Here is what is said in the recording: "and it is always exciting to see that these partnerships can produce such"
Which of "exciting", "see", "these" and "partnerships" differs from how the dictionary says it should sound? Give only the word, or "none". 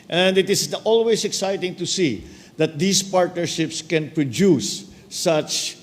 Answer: these